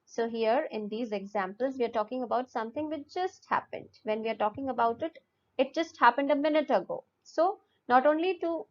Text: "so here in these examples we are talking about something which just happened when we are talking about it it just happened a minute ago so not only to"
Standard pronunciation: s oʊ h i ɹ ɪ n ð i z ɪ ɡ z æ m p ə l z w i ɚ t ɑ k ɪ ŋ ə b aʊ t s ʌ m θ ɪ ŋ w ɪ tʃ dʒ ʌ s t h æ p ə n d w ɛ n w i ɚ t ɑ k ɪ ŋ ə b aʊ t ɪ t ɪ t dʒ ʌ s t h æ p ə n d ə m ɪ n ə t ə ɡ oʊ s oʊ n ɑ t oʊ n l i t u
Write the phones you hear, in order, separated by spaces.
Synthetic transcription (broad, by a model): s oʊ h i ɹ ɪ n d i z ɪ ɡ z æ m p ə l z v i ɚ t ɑ k ɪ ŋ ə b aʊ t s ʌ m t ɪ ŋ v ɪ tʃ dʒ ʌ s t h æ p ə n d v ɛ n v i ɚ t ɑ k ɪ ŋ ə b aʊ t ɪ t ɪ t dʒ ʌ s t h æ p ə n d ə m ɪ n ə t ə ɡ oʊ s oʊ n ɑ t oʊ n l i t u